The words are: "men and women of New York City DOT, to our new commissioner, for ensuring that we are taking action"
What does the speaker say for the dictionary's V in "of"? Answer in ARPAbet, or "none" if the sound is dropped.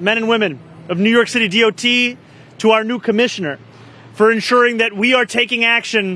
V